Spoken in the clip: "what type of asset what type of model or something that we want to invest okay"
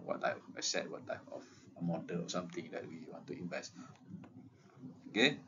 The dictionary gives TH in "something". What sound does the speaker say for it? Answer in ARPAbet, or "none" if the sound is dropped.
T